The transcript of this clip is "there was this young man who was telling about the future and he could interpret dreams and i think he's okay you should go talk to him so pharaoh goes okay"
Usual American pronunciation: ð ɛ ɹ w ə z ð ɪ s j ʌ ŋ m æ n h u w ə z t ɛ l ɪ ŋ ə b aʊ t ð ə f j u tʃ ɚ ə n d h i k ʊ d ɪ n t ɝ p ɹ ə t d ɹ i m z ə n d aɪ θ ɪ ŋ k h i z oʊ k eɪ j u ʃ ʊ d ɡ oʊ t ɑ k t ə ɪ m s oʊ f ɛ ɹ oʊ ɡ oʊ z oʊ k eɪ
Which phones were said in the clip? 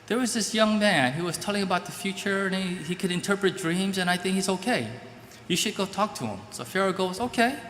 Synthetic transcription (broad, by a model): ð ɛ ɹ w ə z ð ɪ s j ʌ ŋ m æ n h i w ə z t ɛ l ɪ ŋ ə b aʊ t ð ə f j u tʃ ɚ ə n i h i k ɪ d ɪ n t ɝ p ɹ ə t d ɹ i m z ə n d aɪ θ ɪ ŋ k h i z oʊ k eɪ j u ʃ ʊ d ɡ oʊ t ɑ k t ə ɪ m s oʊ f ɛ ɹ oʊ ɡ oʊ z oʊ k eɪ